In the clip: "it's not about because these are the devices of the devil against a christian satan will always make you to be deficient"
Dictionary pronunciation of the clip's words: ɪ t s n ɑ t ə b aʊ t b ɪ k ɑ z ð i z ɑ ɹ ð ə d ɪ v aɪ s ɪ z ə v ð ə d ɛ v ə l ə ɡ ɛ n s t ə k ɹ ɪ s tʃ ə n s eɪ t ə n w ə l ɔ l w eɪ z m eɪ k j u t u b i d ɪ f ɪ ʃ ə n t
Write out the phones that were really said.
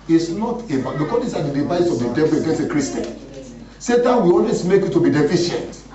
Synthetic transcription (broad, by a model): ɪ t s n ɑ t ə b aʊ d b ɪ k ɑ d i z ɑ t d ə d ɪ v aɪ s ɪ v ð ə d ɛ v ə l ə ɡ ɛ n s ə k ɹ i s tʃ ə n s eɪ t ə n w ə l ɔ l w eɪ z m eɪ k j u t u b i d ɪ f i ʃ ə n t